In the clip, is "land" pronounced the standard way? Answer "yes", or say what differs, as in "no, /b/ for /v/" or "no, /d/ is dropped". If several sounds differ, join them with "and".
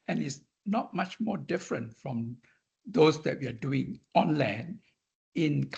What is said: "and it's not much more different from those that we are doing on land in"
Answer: no, /d/ is dropped